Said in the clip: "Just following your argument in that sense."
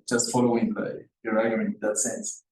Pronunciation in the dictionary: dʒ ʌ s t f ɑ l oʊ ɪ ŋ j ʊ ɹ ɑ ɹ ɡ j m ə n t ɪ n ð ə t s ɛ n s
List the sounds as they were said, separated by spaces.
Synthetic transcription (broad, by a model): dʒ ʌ s t f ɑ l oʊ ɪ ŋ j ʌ ɹ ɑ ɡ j ə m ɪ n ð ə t s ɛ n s